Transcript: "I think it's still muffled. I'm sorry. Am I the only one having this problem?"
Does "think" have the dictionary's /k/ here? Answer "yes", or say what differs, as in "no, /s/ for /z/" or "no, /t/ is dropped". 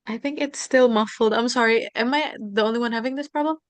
yes